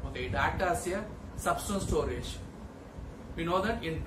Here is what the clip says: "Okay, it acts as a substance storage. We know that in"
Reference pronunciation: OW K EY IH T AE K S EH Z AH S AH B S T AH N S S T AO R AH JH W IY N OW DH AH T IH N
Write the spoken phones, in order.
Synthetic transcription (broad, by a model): OW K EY IH T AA S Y AH S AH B S T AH N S S T AO R AH JH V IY N OW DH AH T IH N